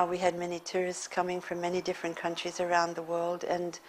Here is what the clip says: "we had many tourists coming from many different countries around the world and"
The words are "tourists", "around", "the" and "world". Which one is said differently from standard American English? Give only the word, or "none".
none